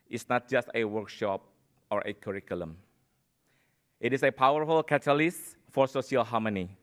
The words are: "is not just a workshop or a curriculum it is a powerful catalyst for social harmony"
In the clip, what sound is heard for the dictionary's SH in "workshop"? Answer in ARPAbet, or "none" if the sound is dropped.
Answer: SH